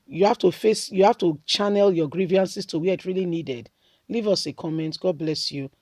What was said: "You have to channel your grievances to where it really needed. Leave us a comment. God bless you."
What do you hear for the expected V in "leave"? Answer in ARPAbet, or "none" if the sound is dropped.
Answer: V